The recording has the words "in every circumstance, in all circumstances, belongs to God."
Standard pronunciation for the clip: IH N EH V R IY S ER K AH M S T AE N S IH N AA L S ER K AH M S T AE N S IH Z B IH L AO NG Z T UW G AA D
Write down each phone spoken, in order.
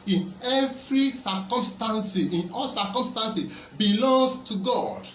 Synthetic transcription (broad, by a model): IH N EH V R IY S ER K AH M S T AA N S IH N AA L S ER K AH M S T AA N S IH B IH L AO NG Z T UW G AA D